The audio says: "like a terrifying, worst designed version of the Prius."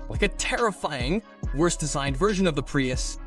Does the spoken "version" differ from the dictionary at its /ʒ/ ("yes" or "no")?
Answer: no